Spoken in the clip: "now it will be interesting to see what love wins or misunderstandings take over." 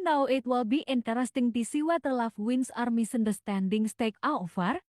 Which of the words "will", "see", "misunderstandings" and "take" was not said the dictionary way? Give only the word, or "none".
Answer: misunderstandings